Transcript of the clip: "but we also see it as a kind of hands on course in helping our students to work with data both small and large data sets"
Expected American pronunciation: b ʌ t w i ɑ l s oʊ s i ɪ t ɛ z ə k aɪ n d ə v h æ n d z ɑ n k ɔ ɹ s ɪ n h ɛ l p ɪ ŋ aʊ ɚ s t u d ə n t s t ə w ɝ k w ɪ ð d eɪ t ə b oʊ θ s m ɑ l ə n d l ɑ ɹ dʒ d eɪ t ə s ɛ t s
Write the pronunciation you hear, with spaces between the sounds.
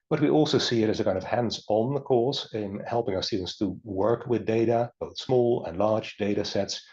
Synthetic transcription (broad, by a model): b ʌ t w i ɑ l s oʊ s i ɪ t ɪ z ə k aɪ n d ə v h æ n d z n k ɔ ɹ s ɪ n h ɛ l p ɪ ŋ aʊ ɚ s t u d n t s t ə w ɝ k w ɪ ð d eɪ t ə b oʊ θ s m ɑ l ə n l ɑ ɹ dʒ d eɪ t ə s ɛ t s